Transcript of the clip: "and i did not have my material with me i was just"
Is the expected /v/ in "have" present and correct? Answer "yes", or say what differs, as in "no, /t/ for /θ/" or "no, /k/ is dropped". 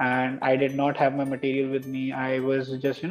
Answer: yes